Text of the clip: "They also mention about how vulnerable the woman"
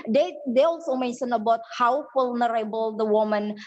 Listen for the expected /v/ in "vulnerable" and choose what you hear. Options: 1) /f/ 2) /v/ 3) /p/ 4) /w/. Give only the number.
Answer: 1